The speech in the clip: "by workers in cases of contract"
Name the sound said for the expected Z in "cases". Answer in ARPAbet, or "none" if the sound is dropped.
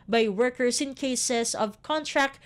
S